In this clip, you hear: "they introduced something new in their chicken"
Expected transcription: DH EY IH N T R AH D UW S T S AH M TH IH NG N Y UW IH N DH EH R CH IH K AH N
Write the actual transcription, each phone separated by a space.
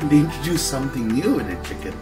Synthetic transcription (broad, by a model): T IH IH N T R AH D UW S S AH M TH IH NG N Y UW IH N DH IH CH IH K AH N